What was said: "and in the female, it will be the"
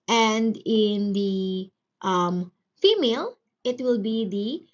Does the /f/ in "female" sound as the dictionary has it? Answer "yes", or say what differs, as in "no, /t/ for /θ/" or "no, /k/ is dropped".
yes